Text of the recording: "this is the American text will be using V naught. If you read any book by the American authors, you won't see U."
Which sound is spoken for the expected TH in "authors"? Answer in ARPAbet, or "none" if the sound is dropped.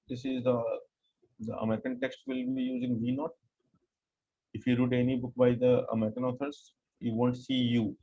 T